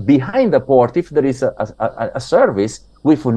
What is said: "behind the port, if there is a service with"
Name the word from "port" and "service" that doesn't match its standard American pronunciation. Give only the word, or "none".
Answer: none